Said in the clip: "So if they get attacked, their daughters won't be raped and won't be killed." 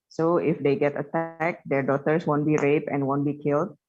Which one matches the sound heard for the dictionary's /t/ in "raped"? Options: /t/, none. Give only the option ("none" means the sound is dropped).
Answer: none